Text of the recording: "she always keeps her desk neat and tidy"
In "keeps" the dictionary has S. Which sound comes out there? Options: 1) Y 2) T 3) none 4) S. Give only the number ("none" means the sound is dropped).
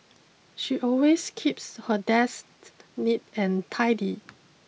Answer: 4